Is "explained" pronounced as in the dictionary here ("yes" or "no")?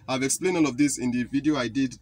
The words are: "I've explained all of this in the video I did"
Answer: no